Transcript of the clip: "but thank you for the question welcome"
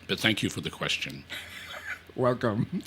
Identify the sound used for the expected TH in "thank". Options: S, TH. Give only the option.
TH